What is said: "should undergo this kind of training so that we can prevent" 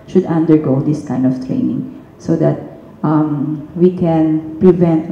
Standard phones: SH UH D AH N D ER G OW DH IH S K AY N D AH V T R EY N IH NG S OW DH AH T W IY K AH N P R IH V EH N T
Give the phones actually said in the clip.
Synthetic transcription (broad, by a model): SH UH D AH N D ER G OW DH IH S K AY N D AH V T R EY N IH NG S OW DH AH T W IY K AH N P R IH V EH N T